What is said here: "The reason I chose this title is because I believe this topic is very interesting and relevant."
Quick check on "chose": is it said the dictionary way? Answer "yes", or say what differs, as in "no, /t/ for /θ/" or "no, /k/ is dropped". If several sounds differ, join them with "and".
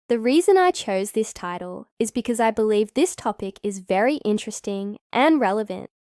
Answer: yes